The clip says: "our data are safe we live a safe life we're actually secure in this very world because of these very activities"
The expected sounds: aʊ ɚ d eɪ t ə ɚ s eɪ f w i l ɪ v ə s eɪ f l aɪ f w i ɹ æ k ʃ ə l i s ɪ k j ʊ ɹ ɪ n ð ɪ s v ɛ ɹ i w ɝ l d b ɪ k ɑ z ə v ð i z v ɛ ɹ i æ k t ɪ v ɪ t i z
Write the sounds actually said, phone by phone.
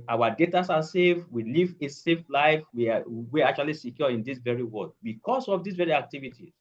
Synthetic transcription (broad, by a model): aʊ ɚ d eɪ t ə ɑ s eɪ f w i l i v ə s eɪ f l aɪ f w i w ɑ k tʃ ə l i s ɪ k j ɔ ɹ ɪ n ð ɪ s v ɛ ɹ i w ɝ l d b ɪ k ɑ s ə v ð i s v ɛ ɹ i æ k t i v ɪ t i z